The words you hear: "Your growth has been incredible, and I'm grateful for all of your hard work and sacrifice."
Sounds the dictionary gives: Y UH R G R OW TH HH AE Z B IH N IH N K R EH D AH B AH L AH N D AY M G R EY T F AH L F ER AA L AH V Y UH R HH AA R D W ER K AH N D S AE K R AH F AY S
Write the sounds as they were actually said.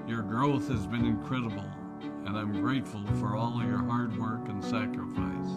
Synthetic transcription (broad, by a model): Y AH R G R OW TH HH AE Z B IH N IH N K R EH D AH B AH L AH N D AY M G R EY T F AH L F ER AA L AH V Y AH R HH AA R D W ER K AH N S AE K R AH F AY S